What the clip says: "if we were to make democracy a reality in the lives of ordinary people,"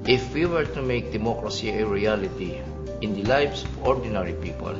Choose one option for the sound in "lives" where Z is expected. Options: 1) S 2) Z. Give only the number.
1